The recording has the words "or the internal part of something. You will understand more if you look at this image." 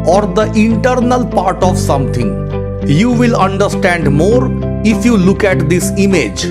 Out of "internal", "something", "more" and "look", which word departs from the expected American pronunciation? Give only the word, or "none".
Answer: something